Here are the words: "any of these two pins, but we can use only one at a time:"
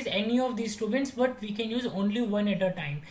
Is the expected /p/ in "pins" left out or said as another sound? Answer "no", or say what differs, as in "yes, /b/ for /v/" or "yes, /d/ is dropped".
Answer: yes, /b/ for /p/